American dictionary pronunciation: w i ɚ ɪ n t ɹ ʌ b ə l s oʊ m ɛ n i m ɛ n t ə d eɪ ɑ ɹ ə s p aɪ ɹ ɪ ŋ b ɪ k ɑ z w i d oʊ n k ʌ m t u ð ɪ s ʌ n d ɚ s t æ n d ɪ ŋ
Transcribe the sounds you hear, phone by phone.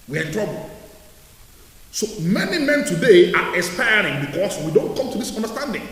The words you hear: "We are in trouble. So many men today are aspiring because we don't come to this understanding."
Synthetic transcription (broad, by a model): w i ɚ ɪ n t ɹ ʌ b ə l s oʊ m ɛ n i m ɛ n t ə d eɪ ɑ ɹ ə s p aɪ ɹ ɪ ŋ b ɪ k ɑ s w i d oʊ n k ʌ m t u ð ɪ s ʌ n d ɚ s t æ n d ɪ ŋ